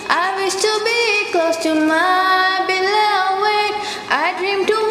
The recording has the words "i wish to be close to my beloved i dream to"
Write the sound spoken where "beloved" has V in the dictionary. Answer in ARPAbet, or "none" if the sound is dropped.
W